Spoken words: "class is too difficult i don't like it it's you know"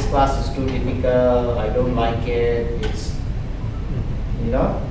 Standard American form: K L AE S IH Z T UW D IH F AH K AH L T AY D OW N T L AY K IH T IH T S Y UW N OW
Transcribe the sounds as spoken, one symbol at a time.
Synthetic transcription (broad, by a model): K L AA S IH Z T UW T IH P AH K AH L AY D OW N T L AY K IH T IH T S Y UW N OW